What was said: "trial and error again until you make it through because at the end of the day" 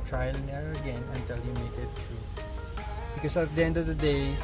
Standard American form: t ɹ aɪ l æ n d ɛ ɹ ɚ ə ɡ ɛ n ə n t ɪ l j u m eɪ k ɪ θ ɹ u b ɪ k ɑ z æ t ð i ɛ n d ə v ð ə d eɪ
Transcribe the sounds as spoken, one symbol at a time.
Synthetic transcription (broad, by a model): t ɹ aɪ l n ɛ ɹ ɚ ə ɡ ɛ n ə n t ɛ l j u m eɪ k ɪ t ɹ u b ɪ k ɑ s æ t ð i ɛ n d ə v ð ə d eɪ